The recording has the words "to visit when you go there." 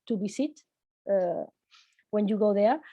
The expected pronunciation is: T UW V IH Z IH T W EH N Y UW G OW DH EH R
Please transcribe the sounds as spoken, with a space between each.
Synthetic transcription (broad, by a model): T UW B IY S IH T W EH N Y UW G OW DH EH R